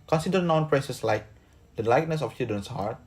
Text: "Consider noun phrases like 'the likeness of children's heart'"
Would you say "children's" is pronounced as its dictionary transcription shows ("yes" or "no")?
no